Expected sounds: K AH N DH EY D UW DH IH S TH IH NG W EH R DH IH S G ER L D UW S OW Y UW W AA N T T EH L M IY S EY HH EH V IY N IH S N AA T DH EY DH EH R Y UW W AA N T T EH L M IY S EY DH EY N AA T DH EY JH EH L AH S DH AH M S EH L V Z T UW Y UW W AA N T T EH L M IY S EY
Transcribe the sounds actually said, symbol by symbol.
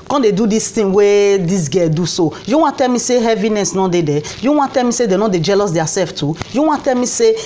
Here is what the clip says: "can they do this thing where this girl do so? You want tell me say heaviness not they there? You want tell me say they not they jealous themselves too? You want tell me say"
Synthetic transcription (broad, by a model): K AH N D EY D UW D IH S T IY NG W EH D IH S G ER D UW S OW Y UW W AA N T T EH L M IY S EY HH EH V IY N IH S N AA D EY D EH Y UW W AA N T T EH L M IY S EY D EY N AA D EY JH EH L AH S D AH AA S EH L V T UW Y UW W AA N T T EH L M IY S EY